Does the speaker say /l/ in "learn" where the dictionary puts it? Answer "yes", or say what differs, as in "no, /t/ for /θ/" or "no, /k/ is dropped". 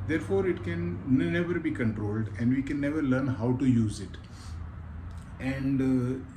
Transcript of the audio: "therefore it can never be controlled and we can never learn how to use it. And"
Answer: yes